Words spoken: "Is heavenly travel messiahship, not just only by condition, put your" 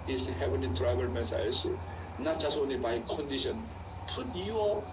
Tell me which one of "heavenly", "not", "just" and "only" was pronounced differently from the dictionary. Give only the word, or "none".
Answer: heavenly